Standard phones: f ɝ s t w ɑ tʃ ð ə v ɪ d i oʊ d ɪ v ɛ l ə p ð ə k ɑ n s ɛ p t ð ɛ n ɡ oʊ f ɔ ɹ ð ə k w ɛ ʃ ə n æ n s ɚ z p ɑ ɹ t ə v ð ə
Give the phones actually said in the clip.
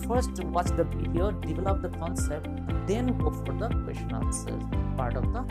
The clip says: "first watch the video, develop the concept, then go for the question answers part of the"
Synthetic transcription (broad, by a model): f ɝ s t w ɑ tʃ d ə b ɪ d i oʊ d ɪ v ɛ l ə p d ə k ɑ n s ɛ p t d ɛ n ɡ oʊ f ɔ ɹ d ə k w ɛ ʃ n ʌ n s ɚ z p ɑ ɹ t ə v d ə